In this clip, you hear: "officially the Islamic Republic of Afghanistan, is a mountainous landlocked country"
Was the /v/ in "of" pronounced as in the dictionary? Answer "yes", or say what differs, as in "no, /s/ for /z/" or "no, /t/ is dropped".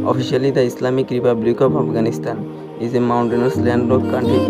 no, /p/ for /v/